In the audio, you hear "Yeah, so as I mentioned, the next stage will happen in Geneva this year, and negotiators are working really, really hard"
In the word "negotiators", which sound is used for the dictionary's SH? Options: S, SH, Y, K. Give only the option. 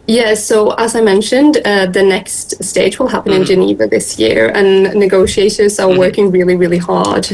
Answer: SH